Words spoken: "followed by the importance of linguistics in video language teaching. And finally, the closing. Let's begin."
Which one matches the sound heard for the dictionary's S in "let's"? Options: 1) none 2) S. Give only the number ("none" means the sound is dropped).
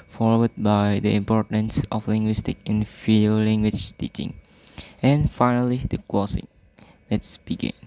2